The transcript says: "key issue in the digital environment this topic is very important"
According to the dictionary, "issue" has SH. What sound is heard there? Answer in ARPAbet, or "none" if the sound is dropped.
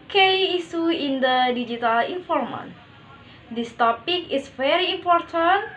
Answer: S